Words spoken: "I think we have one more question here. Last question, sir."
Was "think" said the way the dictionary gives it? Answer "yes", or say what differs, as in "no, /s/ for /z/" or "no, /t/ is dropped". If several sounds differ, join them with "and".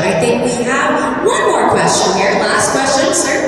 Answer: yes